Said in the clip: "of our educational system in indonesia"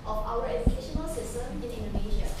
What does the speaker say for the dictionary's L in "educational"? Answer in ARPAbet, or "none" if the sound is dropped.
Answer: L